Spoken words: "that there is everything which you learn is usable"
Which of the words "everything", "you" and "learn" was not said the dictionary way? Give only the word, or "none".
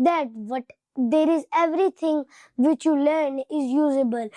everything